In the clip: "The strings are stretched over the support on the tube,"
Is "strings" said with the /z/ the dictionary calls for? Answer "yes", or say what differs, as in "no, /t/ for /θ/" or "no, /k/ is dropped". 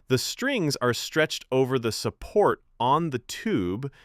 yes